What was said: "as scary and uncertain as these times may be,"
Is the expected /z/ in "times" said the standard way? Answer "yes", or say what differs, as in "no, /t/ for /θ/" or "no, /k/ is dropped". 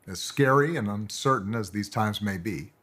yes